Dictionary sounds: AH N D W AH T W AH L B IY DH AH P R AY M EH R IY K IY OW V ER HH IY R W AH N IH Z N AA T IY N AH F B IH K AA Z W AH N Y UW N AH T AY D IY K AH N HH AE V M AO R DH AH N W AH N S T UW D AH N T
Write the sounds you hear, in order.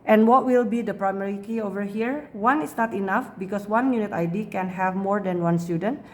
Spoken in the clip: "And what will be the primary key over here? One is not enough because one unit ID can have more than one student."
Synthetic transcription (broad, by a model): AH N W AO T W AH L B IY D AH P R AY M EH R IY K IY OW V ER HH IY R W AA N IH S N AA T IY N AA F B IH K AA S W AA N Y UW N AH T AY D IY K AH N HH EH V M AO R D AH N W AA N S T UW D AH N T